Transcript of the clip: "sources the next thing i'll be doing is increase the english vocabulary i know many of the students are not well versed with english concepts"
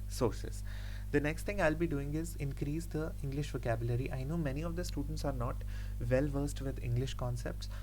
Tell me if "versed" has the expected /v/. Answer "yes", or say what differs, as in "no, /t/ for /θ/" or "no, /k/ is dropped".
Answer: yes